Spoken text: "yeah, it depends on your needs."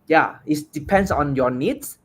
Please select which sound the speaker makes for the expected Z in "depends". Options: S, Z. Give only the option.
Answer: S